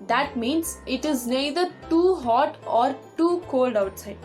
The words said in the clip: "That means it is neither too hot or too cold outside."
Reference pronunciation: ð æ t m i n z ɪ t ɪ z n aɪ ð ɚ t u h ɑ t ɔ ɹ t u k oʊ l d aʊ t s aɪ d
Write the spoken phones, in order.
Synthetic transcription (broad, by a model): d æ t m i n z ɪ t ɪ z n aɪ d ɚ t u h ɑ t ɔ ɹ t u k oʊ l d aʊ t s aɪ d